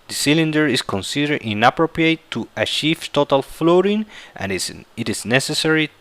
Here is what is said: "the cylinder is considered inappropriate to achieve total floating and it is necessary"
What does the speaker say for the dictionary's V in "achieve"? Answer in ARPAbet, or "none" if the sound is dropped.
F